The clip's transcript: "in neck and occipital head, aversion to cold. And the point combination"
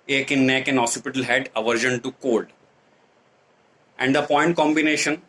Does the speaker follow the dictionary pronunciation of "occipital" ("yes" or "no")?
no